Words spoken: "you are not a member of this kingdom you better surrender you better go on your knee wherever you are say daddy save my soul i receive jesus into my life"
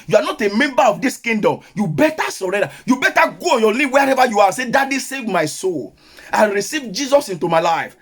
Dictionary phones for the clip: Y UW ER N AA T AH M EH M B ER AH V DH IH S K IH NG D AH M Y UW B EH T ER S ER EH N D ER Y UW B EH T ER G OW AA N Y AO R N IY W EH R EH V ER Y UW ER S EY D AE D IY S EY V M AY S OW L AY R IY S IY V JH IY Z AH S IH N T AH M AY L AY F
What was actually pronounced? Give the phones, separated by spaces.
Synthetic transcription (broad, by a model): Y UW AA N AA T AH M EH M B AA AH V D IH S K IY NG D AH M Y UW B EH T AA S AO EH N D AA Y UW B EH T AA G OW AA N Y AO N IY W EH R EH V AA Y UW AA S EY D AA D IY S EY V M AY S OW L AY R IY S IY V JH IY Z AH S IH N T AH M AY L AY F